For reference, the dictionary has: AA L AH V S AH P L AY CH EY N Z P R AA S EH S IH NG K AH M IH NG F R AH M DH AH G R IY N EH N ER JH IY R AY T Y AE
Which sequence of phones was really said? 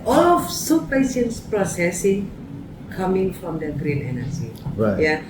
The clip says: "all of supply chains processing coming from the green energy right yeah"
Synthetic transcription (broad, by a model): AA L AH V S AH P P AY SH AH N S P R AA S EH S IH NG K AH M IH NG F R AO M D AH G R IY N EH N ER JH IY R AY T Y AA